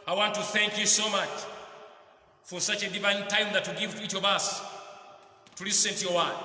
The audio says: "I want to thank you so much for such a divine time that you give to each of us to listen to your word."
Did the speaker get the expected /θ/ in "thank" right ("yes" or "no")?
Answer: yes